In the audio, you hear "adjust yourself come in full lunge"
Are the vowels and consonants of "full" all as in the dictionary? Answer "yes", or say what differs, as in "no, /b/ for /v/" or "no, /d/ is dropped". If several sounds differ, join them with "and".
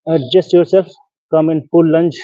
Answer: no, /p/ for /f/